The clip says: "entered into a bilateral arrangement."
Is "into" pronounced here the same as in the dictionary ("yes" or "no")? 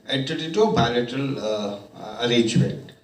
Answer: no